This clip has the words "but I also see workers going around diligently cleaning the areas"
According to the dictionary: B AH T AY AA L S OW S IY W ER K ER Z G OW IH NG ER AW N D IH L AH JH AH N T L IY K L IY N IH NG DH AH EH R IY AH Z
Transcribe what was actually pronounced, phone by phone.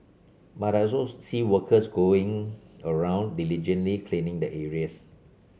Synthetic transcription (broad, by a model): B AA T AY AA S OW S IY W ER K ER S G OW IH NG ER AW N D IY L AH JH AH N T L IY K L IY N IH NG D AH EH R IY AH S